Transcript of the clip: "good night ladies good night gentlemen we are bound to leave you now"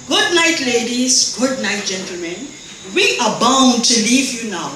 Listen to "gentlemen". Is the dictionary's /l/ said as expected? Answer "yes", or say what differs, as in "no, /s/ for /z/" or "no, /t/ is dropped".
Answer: yes